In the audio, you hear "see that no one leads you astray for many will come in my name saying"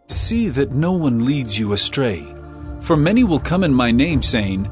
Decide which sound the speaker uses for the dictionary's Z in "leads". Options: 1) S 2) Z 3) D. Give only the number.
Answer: 2